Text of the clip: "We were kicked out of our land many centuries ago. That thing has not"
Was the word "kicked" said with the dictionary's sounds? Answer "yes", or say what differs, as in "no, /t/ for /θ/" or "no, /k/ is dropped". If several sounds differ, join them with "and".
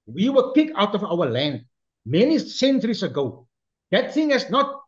no, /t/ is dropped